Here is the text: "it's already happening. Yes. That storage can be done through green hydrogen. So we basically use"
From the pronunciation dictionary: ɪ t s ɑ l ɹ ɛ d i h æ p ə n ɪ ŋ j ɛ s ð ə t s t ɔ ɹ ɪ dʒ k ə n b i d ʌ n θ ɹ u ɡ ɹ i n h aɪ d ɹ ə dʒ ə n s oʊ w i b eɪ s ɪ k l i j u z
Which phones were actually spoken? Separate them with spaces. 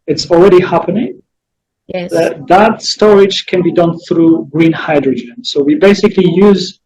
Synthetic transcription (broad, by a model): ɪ t s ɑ l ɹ ɛ d i h æ p ə n ɪ ŋ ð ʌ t ð ə t s t ɔ ɹ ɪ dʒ k ə n b i d ʌ n θ ɹ u ɡ ɹ i n h aɪ d ɹ ə dʒ ə n s oʊ w i b eɪ s ɪ k l i j u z